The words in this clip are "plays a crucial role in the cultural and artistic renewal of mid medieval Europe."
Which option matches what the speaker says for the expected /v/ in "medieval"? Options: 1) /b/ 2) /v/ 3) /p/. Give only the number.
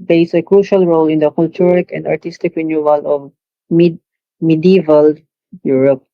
2